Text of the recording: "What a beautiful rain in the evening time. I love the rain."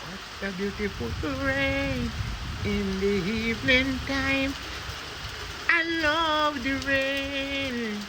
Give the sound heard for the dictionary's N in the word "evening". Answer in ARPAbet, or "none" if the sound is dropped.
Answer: L